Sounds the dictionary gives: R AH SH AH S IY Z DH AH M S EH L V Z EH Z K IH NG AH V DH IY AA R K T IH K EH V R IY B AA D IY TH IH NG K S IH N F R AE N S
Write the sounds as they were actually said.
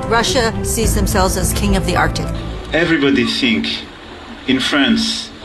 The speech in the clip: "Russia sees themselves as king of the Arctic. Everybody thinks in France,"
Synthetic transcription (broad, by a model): R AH SH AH S IY Z DH AH M S EH L V Z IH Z K IH NG AH V DH IY AA R K T IH K EH V R IY B AA D IY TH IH NG K IH N F R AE N S